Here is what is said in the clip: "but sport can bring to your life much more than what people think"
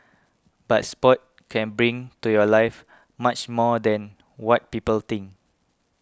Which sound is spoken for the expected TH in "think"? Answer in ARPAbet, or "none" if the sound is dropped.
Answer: T